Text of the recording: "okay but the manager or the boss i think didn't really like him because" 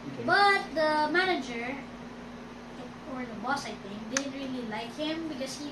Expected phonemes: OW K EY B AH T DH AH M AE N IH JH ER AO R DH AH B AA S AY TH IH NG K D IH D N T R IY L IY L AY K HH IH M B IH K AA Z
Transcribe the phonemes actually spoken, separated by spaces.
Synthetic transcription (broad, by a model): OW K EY B AH T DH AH M AE N IH JH ER AO R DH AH B AA S AY T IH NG D IH D N T R IY L IY L AY K HH IH M B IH K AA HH